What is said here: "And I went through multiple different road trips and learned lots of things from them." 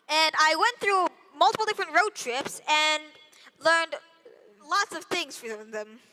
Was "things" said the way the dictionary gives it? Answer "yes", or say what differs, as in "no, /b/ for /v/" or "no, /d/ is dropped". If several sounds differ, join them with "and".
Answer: yes